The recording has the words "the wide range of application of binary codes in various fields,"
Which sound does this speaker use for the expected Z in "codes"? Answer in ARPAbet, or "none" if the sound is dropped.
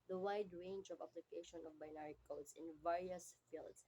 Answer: S